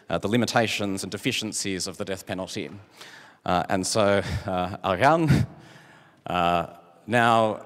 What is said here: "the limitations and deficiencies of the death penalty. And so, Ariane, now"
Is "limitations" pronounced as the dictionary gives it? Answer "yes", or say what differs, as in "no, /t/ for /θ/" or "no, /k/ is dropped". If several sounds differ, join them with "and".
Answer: yes